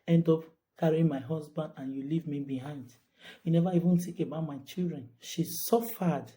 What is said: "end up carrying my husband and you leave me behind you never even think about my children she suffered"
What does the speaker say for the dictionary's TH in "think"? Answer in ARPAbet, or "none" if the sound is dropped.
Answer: T